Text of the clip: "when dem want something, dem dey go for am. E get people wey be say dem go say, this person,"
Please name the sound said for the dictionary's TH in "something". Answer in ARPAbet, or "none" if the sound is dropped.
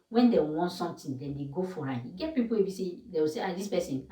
T